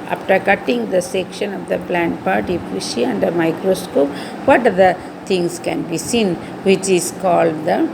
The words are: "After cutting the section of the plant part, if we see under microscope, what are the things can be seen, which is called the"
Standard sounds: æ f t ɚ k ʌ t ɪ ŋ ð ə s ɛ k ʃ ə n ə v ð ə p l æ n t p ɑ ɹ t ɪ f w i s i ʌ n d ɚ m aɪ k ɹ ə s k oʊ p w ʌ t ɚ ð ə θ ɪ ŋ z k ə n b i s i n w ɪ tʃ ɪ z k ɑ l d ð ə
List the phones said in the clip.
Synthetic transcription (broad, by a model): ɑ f t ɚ k ʌ t ɪ ŋ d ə s ɛ k ʃ ə n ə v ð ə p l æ n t p ɑ ɹ t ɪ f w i ʃ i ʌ n d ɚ m aɪ k ɹ ə s k oʊ p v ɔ t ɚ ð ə t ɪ ŋ s k ə n b i s i n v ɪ tʃ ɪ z k ɑ l d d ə